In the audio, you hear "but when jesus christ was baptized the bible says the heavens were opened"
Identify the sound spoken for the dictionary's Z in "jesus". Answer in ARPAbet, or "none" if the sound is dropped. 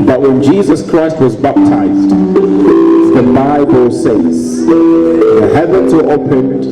Z